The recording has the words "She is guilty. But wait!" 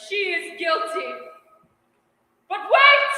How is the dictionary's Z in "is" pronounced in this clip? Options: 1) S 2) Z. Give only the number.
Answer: 2